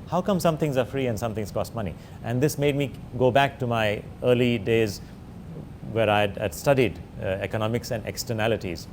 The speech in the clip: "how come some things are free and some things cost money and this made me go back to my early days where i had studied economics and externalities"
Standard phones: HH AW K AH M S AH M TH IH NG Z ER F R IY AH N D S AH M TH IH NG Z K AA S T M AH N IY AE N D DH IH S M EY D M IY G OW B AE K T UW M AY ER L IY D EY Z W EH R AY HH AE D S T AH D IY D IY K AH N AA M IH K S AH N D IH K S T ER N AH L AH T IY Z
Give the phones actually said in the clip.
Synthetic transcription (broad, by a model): HH AW K AH M S AH M T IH NG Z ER F R IY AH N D S AH M T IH NG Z K AA S T M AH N IY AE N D IH S M EY D M IY G OW B AE K T UW M AY ER L IY D EY Z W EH R AY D S T AH D IY D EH K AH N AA M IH K S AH N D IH K S T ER N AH L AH T IY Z